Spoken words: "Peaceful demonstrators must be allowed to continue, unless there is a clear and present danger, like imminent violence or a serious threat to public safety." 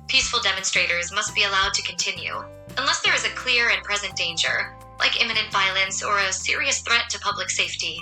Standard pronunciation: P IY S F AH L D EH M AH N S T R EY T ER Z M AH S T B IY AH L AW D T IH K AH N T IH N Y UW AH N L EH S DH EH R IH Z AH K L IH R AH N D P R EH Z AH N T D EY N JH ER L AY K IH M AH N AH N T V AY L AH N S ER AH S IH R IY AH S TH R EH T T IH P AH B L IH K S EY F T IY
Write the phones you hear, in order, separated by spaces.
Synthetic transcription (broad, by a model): P IY S F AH L D EH M AH N S T R EY T ER Z M AH S T B IY AH L AW D T IH K AH N T IH N Y UW AH N L EH S DH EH R IH Z AH K L IH R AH N P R EH Z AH N D EY N JH ER L AY K IH M AH N AH N T V AY L AH N S ER AH S IH R IY AH S TH R EH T T IH P AH B L IH K S EY F T IY